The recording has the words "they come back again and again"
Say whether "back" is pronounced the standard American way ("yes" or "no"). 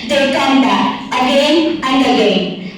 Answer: no